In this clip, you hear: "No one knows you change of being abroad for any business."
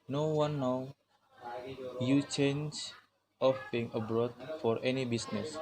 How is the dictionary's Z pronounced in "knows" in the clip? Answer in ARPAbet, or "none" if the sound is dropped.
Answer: none